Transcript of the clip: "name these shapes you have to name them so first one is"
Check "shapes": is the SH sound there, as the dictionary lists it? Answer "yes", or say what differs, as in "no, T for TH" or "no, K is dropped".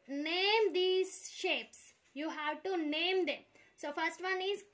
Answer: yes